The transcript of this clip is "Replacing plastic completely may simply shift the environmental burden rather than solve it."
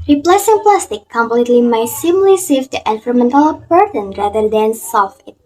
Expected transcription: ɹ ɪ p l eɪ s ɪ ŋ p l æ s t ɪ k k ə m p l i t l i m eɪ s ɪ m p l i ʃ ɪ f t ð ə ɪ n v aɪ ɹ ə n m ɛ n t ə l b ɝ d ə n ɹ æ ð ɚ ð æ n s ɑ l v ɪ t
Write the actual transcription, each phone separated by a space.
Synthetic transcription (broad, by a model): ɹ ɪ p l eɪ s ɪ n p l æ s t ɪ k k ə m p l i t l i m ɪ s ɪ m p l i s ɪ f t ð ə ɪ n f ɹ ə m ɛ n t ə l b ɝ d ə n ɹ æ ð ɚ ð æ n s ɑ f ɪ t